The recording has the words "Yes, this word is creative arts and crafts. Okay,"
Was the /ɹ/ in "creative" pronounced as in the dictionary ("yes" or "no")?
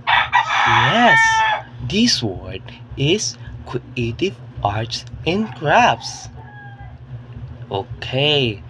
no